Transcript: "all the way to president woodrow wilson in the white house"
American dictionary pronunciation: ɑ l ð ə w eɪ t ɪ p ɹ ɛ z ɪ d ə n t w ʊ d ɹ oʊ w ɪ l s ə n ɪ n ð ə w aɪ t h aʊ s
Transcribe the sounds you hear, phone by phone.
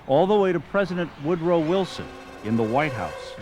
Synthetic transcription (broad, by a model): ɑ l ð ə w eɪ t ɪ p ɹ ɛ z ɪ d ə n t w ʊ d ɹ oʊ w ɪ l s ə n ɪ n ð ə w aɪ t h aʊ s